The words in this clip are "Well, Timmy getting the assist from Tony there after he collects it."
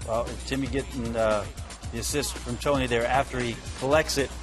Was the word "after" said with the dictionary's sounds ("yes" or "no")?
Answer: yes